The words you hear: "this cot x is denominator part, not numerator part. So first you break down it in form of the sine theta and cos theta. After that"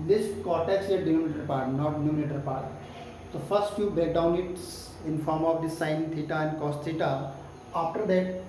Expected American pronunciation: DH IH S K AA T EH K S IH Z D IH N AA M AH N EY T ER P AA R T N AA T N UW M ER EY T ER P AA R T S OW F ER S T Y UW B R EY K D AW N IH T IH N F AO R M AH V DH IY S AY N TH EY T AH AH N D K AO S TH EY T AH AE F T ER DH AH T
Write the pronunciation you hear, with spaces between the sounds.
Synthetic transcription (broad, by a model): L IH S K AA T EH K S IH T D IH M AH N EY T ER P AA R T N AA T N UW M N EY T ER P AA R T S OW F ER S T Y UW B EY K D AW N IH T IH N F AO R M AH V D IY S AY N T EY T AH AH N D K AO S T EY T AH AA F T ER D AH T